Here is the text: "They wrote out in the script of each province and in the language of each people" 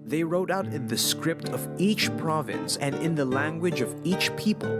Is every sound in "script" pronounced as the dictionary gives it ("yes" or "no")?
yes